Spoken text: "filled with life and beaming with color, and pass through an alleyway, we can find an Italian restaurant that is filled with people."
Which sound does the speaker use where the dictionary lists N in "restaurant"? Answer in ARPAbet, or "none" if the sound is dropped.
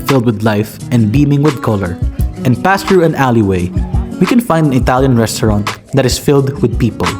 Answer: N